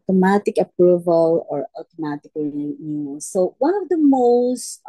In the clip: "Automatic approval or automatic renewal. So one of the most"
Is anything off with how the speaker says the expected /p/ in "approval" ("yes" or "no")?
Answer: no